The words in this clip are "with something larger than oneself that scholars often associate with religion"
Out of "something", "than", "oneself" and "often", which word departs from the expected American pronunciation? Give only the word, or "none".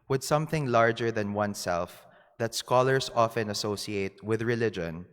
none